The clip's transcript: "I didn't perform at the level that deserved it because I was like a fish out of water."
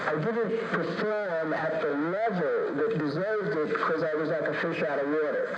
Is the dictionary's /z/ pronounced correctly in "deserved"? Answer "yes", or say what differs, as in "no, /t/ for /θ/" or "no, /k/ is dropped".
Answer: yes